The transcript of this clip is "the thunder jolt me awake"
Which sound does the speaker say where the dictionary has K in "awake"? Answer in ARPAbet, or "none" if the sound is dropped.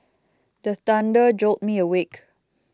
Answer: K